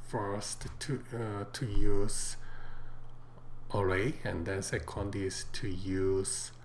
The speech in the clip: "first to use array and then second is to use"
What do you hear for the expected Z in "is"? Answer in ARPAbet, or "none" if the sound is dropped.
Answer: S